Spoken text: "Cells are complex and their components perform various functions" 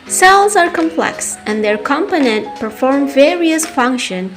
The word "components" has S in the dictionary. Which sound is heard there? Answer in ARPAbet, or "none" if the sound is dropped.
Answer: none